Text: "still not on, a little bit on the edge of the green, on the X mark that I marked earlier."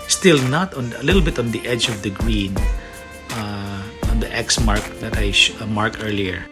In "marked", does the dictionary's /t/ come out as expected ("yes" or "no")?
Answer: no